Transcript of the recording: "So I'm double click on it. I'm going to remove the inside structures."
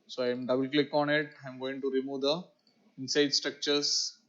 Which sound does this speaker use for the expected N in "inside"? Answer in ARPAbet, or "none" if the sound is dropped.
N